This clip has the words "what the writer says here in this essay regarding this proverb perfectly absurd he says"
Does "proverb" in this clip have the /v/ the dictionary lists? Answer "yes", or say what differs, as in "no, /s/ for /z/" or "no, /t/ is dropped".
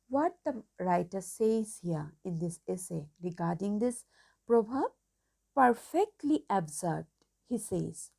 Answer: no, /b/ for /v/